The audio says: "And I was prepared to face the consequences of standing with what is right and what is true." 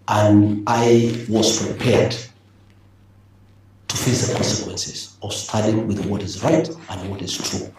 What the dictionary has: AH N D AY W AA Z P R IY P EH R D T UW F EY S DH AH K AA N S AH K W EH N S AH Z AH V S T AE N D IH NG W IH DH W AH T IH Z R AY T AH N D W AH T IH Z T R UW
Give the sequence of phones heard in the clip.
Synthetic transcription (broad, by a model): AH N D AY W AA Z P R IY P EH R D T UW F EY S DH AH K AA N S AH K W EH N S AH Z AH V S T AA D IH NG W IH DH W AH T IH Z R AY T AH N D W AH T IH Z T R UW